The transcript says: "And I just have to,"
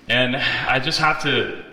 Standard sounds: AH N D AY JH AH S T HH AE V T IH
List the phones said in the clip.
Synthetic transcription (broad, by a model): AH N AY JH AH S T HH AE F T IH